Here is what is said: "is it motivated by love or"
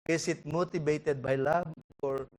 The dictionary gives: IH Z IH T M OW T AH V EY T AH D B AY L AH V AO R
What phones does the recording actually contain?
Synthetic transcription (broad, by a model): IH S IH T M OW T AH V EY T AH D B AY L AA B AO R